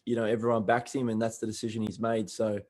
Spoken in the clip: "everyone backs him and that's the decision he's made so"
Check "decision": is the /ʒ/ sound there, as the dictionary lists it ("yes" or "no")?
yes